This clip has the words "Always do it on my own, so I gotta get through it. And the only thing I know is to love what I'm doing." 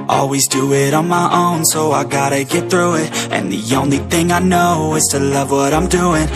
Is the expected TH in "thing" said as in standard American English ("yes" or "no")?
yes